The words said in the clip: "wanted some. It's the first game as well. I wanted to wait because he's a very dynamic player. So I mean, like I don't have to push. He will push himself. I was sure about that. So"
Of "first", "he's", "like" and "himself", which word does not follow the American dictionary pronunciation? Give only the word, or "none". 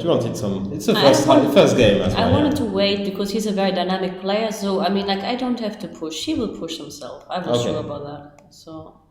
none